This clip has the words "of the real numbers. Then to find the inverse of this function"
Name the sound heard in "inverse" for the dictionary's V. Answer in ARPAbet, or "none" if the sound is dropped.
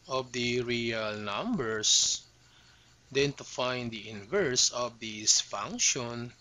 V